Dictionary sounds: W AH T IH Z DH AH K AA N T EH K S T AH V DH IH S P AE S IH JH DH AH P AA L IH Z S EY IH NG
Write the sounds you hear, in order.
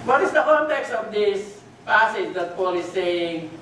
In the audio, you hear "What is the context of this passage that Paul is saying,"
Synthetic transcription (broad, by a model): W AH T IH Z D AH K AA N T EH K S T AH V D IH S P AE S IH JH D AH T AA L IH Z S EY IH NG